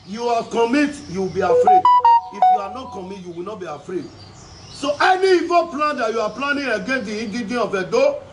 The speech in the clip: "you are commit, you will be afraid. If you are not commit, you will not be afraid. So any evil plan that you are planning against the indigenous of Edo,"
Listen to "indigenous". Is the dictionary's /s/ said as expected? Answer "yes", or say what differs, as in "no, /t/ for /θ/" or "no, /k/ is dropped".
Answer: no, /s/ is dropped